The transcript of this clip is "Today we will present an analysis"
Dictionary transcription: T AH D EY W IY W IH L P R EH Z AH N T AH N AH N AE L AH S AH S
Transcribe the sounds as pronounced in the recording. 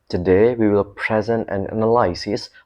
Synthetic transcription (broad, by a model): T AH D EY W IY W IH L P R EH Z AH N T AH N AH N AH L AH S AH S